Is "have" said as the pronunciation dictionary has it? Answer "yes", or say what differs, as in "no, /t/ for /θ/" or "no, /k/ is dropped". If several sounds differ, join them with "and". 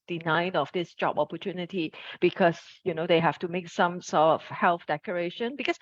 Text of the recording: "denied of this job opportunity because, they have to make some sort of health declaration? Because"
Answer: no, /f/ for /v/